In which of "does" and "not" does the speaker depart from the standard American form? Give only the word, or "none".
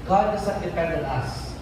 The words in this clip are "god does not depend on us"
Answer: does